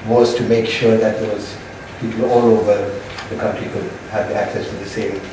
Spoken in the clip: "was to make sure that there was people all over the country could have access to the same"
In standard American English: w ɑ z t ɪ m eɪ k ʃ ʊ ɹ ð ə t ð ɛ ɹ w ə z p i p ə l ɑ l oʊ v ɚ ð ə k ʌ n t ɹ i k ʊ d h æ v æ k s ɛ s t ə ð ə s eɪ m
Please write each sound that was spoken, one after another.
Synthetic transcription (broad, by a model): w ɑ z t ɪ m eɪ k ʃ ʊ ɹ ð ə t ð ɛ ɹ w ə z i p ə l ɑ l oʊ v ɚ ð ə k ʌ n t ɹ i k ʊ d h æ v æ k s ɛ s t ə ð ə s eɪ m